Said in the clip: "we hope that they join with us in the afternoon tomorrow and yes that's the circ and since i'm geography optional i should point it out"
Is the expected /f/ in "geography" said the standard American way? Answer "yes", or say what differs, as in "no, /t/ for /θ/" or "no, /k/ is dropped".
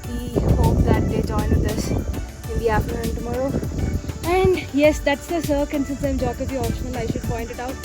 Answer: no, /f/ is dropped